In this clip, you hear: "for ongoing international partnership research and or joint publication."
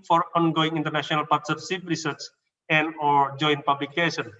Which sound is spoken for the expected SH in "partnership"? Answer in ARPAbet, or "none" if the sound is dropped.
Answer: S